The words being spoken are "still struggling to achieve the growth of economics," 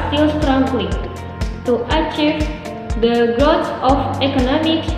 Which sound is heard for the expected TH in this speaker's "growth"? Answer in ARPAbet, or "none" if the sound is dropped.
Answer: S